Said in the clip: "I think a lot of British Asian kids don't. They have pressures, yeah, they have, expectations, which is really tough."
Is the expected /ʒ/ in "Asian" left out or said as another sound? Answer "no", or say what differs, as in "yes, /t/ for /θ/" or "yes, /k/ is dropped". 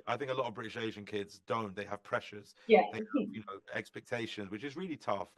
no